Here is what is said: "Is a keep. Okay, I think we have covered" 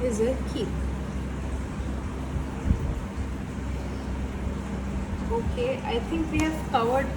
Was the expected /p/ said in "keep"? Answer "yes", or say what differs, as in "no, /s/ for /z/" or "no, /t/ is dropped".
no, /p/ is dropped